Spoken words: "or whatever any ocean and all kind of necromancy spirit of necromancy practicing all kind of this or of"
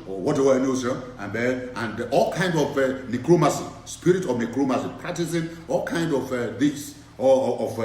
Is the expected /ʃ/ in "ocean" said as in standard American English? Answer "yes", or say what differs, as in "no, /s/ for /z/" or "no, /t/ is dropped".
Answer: no, /s/ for /ʃ/